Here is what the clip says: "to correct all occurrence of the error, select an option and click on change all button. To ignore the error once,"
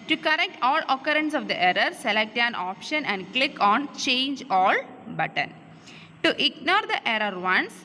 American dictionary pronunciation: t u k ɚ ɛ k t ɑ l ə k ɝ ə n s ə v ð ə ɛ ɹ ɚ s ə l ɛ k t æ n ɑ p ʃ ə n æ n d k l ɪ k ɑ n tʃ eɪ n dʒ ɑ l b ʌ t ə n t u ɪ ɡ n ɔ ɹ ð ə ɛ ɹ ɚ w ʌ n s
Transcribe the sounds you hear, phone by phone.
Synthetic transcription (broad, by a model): t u k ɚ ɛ k t ɑ l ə k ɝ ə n s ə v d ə ɛ ɹ ɚ s ə l ɛ k t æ n ɑ p ʃ ə n æ n d k l ɪ k ɑ n tʃ eɪ n dʒ ɑ l b ʌ t ə n t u ɪ ɡ n ɔ ɹ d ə ɛ ɹ ɚ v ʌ n s